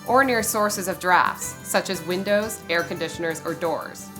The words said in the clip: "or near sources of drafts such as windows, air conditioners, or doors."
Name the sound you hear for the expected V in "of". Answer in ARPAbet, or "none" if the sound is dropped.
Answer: V